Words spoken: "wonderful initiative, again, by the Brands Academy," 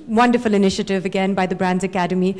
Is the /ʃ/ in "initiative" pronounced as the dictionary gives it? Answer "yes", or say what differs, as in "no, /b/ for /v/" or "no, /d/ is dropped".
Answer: yes